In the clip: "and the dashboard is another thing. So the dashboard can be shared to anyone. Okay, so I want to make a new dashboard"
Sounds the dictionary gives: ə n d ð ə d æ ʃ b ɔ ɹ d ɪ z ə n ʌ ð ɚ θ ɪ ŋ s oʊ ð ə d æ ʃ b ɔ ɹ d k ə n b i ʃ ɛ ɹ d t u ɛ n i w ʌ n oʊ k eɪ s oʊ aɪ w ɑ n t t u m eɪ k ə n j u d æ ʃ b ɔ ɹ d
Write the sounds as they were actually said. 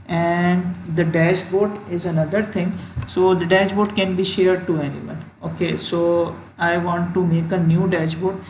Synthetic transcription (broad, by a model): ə n d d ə d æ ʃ b ɔ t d ɪ z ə n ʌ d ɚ t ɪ ŋ s oʊ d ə d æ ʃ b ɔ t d k ə n b i ʃ ɛ ɹ d t u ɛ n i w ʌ n oʊ k eɪ s oʊ aɪ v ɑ n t t u m eɪ k ə n j u d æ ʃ b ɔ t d